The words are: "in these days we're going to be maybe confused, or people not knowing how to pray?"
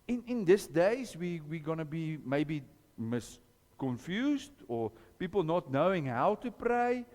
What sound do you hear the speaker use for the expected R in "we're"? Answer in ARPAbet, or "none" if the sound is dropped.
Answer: W